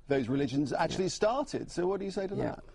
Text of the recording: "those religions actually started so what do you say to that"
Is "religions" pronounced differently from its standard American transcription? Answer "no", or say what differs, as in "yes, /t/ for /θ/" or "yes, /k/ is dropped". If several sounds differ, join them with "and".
no